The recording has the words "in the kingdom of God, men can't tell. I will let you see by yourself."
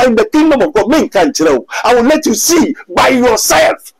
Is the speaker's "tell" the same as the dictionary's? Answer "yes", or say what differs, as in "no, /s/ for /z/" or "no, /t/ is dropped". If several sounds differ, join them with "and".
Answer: no, /w/ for /l/